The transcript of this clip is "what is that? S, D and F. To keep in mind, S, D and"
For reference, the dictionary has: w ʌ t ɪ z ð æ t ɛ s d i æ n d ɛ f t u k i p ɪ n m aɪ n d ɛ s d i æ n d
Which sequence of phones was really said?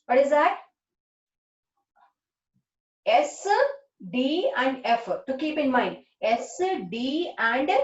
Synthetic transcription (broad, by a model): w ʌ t ɪ z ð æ t ɛ s d i æ n d ɛ f t u k i p ɪ n m aɪ n d ɛ s d i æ n d